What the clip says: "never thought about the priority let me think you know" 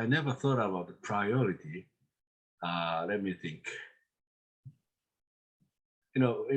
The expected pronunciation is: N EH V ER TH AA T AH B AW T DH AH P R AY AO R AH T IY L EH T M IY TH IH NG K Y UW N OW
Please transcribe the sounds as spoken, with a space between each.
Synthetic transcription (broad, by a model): N EH V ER TH AA T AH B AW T DH AH P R AY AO R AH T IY L EH T M IY TH IH NG K Y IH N OW